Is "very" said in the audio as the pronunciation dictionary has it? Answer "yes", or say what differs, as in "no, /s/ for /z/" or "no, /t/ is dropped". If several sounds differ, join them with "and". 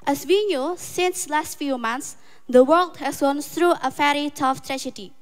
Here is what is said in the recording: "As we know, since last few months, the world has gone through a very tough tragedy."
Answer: no, /f/ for /v/